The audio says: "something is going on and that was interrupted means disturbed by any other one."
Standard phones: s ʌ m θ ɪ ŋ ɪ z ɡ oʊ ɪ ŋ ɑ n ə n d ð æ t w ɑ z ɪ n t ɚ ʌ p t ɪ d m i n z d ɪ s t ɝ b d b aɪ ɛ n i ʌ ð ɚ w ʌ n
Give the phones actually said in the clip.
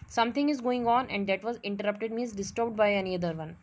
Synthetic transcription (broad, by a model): s ʌ m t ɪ ŋ ɪ z ɡ oʊ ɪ ŋ ɑ n ə n d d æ t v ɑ z ɪ n t ɚ ʌ p t ɪ d m i z d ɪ s t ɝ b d b aɪ ɛ n i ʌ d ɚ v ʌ n